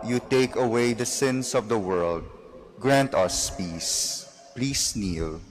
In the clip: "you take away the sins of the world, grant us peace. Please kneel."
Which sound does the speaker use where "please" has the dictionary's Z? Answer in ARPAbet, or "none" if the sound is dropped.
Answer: S